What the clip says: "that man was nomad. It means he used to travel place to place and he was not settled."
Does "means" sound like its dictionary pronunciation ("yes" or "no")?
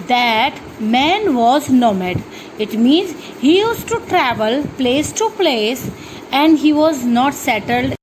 yes